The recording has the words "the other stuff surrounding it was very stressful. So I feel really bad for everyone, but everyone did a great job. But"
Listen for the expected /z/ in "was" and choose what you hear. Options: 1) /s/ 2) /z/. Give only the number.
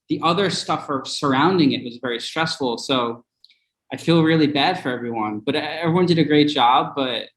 2